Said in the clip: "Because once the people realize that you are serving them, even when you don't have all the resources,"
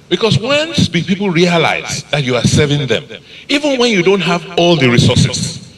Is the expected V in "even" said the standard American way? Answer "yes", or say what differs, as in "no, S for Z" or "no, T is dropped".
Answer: yes